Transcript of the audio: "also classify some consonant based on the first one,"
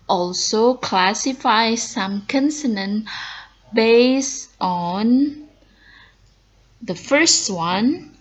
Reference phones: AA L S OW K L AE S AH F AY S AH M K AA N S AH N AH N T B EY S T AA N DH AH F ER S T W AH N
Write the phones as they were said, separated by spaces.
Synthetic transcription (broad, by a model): AA L S OW K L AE S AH F AY S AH M K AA N S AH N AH N B EY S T AA N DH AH F ER S T W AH N